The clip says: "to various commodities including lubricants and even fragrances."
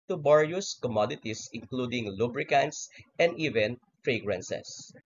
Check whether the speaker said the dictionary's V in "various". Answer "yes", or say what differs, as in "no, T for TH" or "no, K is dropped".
no, B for V